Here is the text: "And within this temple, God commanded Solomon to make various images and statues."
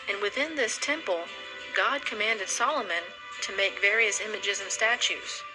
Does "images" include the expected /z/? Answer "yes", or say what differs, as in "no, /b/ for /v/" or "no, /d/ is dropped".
yes